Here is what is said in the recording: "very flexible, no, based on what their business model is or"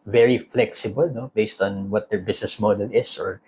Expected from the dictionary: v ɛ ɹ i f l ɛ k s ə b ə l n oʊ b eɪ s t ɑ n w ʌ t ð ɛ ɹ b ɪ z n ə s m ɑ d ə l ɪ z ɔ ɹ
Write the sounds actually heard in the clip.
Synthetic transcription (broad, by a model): v ɛ ɹ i f l ɛ k s ə b ə l n oʊ b eɪ s t ɑ n w ʌ t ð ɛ ɹ b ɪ s n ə s m ɑ d ə l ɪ s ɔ ɹ